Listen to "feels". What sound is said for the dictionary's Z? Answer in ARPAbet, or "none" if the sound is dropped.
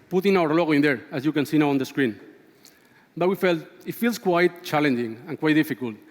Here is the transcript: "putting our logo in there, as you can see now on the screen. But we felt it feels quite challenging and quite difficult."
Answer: S